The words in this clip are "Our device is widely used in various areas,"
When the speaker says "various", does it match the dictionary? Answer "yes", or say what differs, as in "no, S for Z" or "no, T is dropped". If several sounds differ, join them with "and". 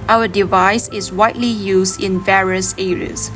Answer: yes